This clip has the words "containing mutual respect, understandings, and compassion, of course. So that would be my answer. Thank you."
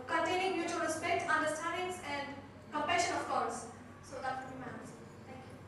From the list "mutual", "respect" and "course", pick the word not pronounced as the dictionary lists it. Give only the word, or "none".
course